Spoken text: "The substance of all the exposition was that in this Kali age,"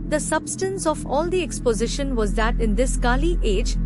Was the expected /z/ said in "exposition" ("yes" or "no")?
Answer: yes